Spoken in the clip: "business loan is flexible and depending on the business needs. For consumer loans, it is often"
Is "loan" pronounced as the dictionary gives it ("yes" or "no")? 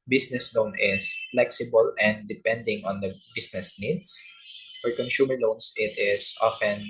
yes